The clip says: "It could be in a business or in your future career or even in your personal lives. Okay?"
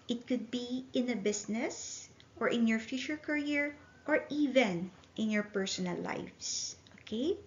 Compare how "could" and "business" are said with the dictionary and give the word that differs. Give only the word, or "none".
business